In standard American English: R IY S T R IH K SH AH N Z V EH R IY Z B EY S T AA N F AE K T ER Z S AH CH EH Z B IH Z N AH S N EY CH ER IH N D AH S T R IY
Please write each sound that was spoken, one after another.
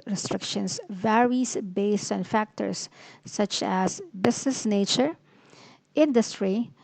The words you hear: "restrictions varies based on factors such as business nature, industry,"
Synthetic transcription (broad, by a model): R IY S T R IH K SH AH N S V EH R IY S B EY S T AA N F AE K T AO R S AH CH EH S B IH S N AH S N EY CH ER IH N D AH S T R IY